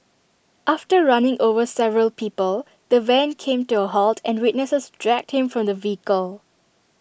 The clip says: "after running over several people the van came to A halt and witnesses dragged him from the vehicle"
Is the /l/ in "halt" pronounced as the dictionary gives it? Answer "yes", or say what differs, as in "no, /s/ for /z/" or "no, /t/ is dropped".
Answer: yes